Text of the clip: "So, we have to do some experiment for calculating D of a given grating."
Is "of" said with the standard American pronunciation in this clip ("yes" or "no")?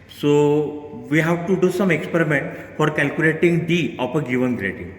no